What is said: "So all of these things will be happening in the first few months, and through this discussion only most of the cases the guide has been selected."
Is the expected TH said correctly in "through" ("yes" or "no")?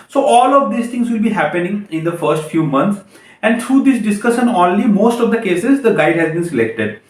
no